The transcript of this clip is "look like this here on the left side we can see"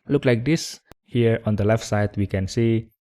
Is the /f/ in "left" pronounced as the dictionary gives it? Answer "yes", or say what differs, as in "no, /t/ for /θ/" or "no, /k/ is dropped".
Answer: yes